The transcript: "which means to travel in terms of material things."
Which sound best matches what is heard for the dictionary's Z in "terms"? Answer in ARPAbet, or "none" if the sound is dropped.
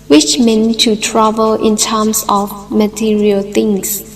S